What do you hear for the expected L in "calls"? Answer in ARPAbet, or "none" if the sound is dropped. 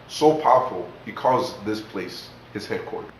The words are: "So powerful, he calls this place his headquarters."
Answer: none